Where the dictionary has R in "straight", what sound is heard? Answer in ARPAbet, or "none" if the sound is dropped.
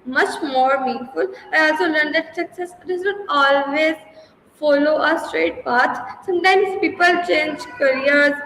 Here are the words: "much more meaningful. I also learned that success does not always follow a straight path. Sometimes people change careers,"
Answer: R